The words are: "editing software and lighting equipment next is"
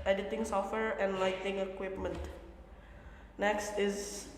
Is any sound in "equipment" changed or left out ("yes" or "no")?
no